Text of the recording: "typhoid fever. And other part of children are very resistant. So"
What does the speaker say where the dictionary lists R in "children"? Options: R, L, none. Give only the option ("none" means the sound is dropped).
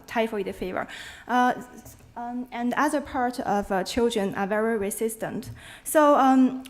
R